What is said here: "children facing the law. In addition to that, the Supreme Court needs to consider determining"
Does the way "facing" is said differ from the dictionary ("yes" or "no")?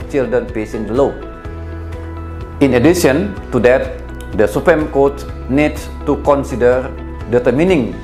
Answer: yes